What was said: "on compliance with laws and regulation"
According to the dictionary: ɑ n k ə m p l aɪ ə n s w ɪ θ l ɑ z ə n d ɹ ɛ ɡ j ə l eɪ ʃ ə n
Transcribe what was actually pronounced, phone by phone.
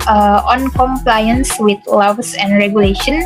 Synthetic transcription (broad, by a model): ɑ n k ə m p l aɪ ə n s w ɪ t l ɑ s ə n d ɹ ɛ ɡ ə l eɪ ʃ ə n